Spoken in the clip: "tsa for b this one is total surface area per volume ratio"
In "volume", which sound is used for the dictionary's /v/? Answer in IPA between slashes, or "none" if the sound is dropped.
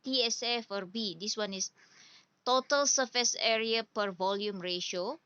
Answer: /v/